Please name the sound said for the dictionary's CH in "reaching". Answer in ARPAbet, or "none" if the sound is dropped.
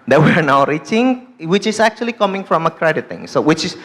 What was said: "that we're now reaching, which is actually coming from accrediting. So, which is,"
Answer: CH